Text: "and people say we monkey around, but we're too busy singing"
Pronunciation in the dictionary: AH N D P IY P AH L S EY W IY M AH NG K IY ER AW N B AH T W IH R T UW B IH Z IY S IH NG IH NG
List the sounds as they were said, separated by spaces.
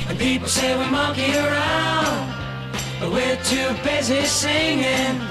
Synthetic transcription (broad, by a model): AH N P IY P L S EY W IY M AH K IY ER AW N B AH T W IH R T UW B IH Z IY S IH NG IH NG